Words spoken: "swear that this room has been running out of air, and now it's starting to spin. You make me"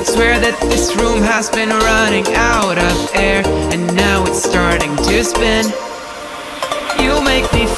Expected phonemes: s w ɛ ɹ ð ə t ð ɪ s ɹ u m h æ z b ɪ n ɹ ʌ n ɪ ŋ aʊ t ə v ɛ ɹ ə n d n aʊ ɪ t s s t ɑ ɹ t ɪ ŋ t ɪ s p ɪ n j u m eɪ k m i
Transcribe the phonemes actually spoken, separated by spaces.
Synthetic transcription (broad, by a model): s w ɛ ɹ ð ə t ð ɪ s ɹ u m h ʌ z b ɪ n ɹ ʌ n ɪ ŋ aʊ t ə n ɛ ɹ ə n n aʊ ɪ t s s t ɑ ɹ t ɪ ŋ t ɪ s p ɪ n j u m eɪ k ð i